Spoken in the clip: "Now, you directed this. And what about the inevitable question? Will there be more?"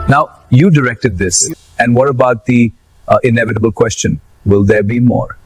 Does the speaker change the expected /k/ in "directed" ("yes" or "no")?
no